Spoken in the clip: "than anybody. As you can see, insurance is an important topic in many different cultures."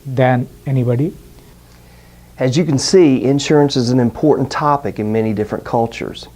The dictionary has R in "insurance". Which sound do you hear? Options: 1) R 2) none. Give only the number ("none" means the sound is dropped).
1